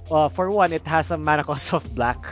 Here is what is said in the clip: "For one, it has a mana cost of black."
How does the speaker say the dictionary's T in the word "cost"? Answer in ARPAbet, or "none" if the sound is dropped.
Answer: none